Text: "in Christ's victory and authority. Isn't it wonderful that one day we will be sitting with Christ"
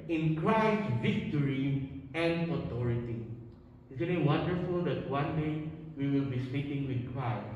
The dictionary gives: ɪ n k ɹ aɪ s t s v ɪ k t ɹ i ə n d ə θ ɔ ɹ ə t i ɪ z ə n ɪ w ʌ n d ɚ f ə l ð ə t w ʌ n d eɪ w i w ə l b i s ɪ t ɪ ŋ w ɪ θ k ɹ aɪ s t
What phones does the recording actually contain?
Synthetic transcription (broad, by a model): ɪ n k ɹ aɪ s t v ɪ k t ɹ i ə n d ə t ɔ ɹ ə t i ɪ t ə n ɪ w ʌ n d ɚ f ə l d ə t w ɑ n d eɪ w i w ə l b i s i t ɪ ŋ w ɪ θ k ɹ aɪ s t